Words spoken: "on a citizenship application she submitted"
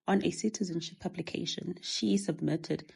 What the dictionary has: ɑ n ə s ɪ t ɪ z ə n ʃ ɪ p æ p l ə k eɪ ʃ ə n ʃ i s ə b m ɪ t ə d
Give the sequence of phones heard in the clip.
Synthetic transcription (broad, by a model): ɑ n ə s ɪ t ɪ z ə n ʃ ɪ p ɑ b l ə k eɪ ʃ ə n ʃ i s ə b m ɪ t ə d